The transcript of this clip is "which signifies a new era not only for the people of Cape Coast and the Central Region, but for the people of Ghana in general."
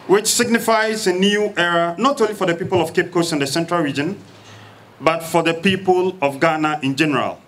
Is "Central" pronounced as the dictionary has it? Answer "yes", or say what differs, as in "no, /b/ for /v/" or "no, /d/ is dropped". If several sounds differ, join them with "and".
yes